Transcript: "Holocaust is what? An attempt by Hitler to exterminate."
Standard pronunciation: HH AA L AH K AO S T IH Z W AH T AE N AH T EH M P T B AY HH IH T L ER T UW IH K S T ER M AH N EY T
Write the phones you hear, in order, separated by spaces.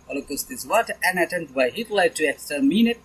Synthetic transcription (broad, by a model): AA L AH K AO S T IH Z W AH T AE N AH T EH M T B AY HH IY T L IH T UW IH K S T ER M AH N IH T